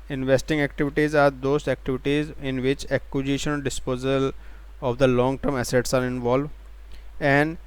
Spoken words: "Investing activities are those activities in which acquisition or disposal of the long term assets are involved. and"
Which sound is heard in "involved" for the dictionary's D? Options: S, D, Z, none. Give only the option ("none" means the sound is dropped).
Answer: none